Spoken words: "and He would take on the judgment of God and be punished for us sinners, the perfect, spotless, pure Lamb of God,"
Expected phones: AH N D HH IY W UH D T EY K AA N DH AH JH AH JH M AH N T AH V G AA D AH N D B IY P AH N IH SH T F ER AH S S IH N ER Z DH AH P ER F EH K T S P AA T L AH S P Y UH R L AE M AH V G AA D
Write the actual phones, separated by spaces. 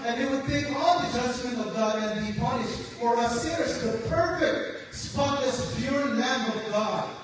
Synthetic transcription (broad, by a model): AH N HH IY W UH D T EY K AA L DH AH JH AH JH M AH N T AH V G AA D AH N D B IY P AH N IH SH T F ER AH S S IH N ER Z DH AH P ER F EH K T S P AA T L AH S B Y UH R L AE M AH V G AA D